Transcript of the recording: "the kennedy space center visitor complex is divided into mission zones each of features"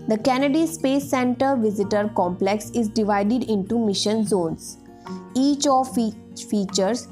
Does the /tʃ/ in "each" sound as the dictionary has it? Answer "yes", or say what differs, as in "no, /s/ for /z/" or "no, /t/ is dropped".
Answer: yes